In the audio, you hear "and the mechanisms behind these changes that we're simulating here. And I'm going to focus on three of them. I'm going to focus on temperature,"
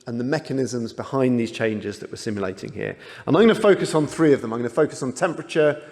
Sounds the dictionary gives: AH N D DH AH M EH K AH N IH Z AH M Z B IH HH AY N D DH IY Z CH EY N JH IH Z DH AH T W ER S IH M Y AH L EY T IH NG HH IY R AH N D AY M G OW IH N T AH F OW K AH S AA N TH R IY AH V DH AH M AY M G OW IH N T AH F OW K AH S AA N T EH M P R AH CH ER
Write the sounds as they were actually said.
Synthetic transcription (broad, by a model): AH N DH AH M EH K AH N IH Z AH M Z B IH HH AY N DH IY Z CH EY N JH IH Z DH AH T W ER S IH M Y AH L EY T IH NG HH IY R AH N AY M G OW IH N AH F OW K AH S N TH R IY AH V DH AH M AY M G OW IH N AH F OW K AH S N T EH M P R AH CH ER